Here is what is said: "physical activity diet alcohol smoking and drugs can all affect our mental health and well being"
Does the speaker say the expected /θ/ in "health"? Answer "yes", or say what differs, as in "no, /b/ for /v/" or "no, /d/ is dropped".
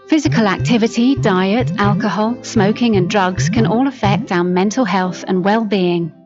yes